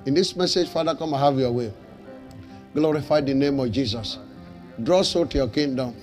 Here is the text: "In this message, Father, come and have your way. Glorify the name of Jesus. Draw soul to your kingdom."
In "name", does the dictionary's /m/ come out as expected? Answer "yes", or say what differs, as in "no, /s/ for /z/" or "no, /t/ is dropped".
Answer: yes